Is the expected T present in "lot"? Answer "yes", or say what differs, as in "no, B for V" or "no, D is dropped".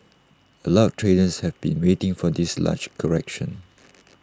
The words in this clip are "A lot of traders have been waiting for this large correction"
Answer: no, T is dropped